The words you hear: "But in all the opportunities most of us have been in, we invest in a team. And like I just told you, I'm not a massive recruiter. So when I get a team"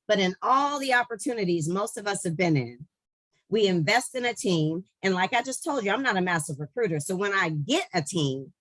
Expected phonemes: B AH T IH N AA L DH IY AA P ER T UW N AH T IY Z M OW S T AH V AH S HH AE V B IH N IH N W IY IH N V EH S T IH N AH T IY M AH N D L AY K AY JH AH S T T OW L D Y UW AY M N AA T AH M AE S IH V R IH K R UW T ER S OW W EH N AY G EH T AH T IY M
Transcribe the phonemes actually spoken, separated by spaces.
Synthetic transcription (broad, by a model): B AH T IH N AA L DH IY AA P ER T UW N AH T IY Z M OW S T AH V AH S HH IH V B IH N IH N W IY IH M V EH S T IH N AH T IY M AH N L AY K AY JH AH S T T OW L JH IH AY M N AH T AH M AE S IH V R IH K R UW T ER S OW W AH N AY G EH T AH T IY M